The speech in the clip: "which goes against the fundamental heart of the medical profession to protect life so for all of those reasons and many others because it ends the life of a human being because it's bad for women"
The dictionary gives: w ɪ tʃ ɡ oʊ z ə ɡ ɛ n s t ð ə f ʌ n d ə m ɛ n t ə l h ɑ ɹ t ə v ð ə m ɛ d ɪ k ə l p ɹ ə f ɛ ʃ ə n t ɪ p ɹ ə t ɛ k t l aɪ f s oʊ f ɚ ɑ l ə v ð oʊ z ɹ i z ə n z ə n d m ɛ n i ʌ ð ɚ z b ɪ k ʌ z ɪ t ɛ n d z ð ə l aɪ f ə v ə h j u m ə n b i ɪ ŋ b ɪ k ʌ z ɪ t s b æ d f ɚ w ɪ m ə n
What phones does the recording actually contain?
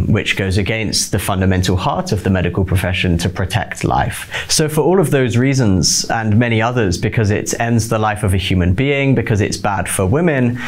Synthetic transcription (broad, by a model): w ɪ tʃ ɡ oʊ z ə ɡ ɛ n s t ð ə f ʌ n d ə m ɛ n t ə l h ɑ ɹ t ə v ð ə m ɛ d ɪ k ə l p ɹ ə f ɛ ʃ ə n t ɪ p ɹ ə t ɛ k t l aɪ f s oʊ f ɚ ɑ l ə v ð oʊ z ɹ i z ə n z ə n m ɛ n i ʌ ð ɚ z b ɪ k ʌ z ɪ t ɛ n d z ð ə l aɪ f ə v ə h j u m ə n b i ɪ ŋ b ɪ k ʌ z ɪ t s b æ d f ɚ w ɪ m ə n